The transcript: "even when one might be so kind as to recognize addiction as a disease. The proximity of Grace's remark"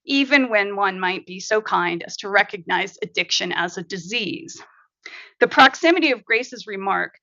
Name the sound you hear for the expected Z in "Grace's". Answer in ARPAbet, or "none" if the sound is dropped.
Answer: Z